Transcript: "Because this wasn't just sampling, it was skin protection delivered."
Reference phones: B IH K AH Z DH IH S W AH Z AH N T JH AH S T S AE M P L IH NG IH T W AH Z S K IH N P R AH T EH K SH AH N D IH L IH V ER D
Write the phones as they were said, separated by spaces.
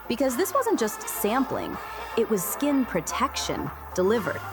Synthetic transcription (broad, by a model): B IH K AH Z DH IH S W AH Z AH N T JH AH S T S AE M P L IH NG IH T W AH Z S K IH N P R AH T EH K SH AH N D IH L IH V ER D